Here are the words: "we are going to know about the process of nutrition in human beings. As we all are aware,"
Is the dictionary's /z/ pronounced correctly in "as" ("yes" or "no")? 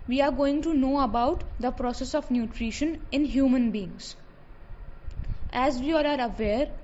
yes